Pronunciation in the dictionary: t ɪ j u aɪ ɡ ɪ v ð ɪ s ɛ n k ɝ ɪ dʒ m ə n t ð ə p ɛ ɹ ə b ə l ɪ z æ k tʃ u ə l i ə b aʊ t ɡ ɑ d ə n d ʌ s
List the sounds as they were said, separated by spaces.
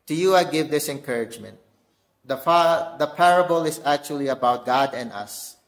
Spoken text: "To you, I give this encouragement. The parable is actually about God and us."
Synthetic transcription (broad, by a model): t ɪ j u aɪ ɡ ɪ v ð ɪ s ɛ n k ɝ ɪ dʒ m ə n t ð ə p ɛ ɹ ə b ə l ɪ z æ k tʃ u ə l i ə b aʊ t ɡ ɑ d ə n d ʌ s